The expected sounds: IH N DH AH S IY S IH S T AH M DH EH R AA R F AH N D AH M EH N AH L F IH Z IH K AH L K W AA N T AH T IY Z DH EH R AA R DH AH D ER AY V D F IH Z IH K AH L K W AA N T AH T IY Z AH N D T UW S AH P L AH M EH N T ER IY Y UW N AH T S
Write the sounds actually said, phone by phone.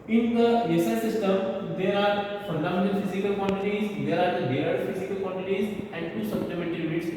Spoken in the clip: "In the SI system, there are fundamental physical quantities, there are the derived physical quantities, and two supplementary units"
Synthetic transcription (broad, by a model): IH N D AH S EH S IH S T AH M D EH R AA R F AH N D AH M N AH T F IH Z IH K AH L K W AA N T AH T IY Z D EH R AA R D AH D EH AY D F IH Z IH K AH L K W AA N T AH T IY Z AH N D T UW S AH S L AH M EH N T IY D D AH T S